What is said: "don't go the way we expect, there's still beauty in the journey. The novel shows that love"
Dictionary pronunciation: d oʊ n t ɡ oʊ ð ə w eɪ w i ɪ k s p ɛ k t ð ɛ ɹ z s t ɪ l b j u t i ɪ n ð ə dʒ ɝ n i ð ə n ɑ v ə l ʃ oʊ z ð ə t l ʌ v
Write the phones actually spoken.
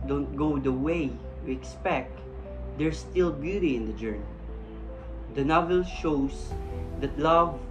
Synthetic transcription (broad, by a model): d oʊ n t ɡ oʊ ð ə w eɪ w i ɪ k s p ɛ k t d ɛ ɹ s t ɪ l b j u t i ɪ n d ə dʒ ɝ n i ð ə n ɑ v ə l ʃ oʊ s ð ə t l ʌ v